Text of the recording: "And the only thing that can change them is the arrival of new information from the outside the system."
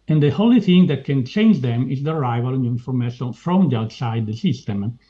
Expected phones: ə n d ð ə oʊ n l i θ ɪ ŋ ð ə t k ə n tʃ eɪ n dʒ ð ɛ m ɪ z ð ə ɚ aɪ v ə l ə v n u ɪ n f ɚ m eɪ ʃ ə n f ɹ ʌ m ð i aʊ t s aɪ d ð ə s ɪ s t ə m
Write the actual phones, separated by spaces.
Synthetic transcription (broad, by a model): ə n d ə oʊ l i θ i ŋ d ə t k ə n tʃ eɪ n dʒ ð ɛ m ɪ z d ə ɚ aɪ v ə l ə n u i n f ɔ m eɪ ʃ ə n f ɹ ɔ m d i aʊ t s aɪ d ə s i s t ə m